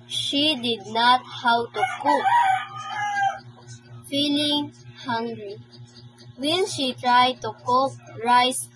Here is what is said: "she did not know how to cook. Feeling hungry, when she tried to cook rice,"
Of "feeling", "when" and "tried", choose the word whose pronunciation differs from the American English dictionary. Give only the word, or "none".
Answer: when